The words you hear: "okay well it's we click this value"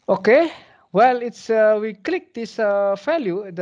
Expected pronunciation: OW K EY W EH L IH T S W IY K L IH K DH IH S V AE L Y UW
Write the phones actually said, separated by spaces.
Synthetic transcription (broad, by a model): OW K EY W EH L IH T S W IY K L IH K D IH S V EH L Y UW